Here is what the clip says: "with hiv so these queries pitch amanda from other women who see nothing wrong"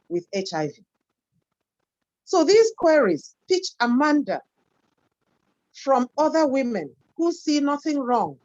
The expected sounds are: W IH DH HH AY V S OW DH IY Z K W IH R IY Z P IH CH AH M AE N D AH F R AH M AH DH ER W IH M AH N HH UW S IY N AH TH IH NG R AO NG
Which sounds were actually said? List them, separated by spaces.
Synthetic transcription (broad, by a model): W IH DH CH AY V S OW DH IY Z K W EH R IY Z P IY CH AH M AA N D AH F R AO M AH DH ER W IH M AH N HH UW S IY N AH TH IH NG R AO NG